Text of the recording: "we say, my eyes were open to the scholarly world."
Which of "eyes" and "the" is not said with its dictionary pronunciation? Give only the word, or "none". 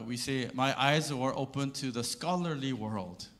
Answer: none